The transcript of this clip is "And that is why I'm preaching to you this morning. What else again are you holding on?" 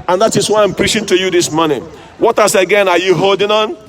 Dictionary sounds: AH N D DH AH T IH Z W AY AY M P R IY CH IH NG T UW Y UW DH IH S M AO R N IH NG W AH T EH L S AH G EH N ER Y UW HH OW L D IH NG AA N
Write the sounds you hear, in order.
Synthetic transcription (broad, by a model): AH N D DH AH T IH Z W AY AY M P R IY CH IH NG T UW Y UW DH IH S M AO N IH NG W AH T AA S AH G EH N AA Y UW HH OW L D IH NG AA N